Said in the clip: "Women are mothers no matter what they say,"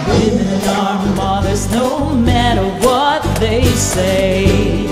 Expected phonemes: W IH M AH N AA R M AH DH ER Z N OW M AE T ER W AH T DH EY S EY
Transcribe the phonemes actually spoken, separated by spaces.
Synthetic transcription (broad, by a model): W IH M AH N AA R M AH DH ER Z N OW M AE T ER W AH T DH EY S EY